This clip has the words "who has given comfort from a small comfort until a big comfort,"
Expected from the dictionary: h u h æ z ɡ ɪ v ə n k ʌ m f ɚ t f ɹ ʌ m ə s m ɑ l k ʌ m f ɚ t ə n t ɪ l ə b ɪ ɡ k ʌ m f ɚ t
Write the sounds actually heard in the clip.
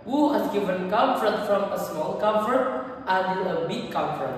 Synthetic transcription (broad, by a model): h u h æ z ɡ ɪ v ə n k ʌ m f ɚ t f ɹ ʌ m ə s m ɑ l k ʌ m f ɚ t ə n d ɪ n ə b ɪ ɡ k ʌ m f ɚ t